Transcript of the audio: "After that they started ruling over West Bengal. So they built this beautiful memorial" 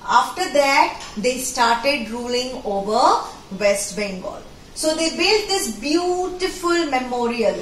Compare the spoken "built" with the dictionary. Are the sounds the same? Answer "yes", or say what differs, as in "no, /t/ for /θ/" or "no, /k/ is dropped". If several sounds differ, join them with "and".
yes